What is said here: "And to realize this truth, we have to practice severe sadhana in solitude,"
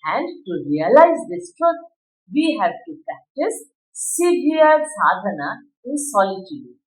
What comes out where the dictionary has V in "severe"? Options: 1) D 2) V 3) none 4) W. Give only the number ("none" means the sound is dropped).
3